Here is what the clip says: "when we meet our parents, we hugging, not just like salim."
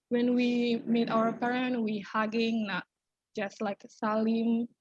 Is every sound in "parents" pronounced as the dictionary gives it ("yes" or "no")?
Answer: no